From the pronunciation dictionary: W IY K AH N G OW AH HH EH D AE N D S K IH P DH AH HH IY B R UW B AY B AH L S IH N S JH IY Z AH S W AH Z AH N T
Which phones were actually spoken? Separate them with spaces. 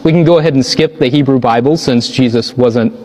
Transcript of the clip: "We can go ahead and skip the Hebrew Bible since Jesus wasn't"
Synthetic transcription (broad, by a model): W IY K N G OW AH HH EH D N S K IH P DH AH HH IY B R UW B AY B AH L S IH N S JH IY Z AH S W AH Z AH N T